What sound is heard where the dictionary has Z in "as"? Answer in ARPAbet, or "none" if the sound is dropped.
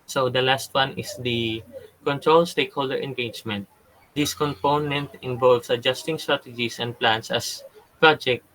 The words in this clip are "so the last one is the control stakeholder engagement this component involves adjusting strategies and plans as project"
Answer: S